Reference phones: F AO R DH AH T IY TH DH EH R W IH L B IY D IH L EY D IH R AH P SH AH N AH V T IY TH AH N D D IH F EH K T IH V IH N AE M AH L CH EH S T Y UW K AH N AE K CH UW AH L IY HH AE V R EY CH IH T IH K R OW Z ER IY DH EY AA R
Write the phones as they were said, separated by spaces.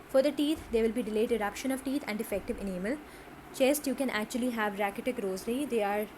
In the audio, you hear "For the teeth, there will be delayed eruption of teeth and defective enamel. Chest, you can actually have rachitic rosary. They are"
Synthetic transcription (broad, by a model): F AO R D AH T IY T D EH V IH L B IY D IH L EY D IH R AH P SH AH N AH V T IY T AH N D D IH F EH K T IH V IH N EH M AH L CH EH S T Y UW K AH N AE K CH UW AH L IY HH AE V R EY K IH T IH K R OW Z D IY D EY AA R